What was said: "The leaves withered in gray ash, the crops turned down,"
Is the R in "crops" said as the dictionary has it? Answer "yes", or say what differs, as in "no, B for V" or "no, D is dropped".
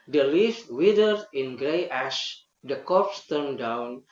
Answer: no, R is dropped